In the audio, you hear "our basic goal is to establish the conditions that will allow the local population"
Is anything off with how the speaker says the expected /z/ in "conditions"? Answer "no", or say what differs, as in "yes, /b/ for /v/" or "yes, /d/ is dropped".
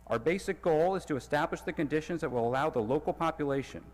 no